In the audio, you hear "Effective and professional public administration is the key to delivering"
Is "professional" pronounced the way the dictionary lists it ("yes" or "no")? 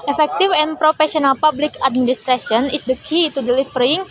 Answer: no